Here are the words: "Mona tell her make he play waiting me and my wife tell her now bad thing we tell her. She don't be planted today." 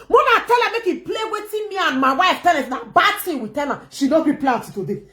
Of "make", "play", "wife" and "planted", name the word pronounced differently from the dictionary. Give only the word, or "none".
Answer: planted